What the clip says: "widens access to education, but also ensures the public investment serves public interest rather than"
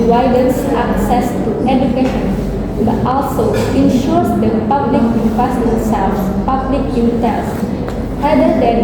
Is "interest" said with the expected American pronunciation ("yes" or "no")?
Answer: no